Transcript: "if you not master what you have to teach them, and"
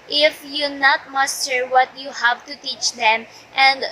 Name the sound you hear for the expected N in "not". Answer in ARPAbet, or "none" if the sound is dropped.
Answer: N